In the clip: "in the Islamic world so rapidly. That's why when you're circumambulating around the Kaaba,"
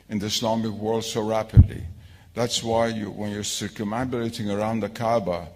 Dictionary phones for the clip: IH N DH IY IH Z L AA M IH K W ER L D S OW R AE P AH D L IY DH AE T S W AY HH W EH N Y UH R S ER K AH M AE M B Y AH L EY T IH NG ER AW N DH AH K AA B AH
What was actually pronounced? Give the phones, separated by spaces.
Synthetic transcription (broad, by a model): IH N DH IY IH S L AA M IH K W ER L D S OW R AE P AH D L IY DH AE T S W AY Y W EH N Y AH R S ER K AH M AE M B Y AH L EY T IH NG ER AW N DH AH K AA B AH